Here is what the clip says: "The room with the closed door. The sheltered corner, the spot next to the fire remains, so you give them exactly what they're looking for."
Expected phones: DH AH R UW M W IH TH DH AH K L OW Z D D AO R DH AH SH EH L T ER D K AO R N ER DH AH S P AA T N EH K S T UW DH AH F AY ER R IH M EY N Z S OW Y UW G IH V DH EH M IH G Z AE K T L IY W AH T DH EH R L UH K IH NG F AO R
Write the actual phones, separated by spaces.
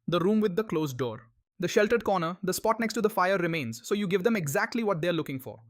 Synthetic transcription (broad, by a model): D AH R UW M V IH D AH K L OW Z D D AO R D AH SH EH L T ER D K AO R N ER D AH S P AA T N EH K S T UW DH AH F AY ER R IH M EY N Z S OW Y UW G IH V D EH M IH G Z AE K T L IY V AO T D EH R L UH K IH NG F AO R